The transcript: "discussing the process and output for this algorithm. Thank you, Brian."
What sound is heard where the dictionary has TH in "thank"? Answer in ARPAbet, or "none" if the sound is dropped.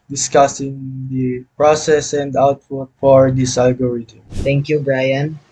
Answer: T